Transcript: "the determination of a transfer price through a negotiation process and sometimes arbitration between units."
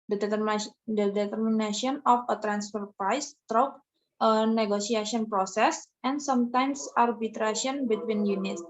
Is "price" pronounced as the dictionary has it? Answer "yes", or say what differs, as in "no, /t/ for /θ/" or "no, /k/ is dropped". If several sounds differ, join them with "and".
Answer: yes